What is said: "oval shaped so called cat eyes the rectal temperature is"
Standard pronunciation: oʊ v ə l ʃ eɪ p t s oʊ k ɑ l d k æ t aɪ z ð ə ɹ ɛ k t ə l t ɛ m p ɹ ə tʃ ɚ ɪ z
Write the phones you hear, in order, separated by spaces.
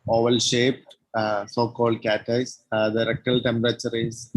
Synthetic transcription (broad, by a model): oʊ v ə l ʃ eɪ p t s oʊ k ɑ l d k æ t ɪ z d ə ɹ ɛ k t ə l t ɛ m p ɹ ə tʃ ɚ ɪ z